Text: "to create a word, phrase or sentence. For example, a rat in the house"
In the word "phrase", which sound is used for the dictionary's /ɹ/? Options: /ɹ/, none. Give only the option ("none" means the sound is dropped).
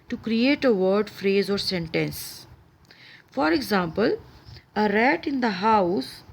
/ɹ/